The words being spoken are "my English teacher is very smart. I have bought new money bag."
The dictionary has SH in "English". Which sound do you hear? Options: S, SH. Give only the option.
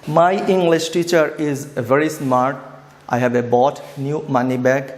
SH